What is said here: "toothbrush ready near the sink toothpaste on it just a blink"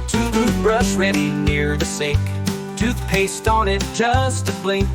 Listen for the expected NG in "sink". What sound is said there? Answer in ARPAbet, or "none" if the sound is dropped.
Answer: none